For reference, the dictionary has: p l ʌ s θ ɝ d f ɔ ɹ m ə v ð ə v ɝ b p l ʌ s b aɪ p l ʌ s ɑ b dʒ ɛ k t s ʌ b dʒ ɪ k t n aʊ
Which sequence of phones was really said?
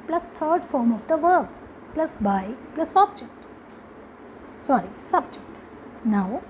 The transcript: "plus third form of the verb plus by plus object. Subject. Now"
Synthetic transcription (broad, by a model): p l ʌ s t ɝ d f ɔ ɹ m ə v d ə v ɝ b p l ʌ s b aɪ p l ʌ s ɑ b dʒ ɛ k t s ʌ b dʒ ɪ k t n aʊ